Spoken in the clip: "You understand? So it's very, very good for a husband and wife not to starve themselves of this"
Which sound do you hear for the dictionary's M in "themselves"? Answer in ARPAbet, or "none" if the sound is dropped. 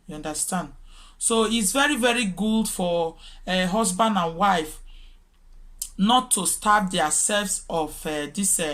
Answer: none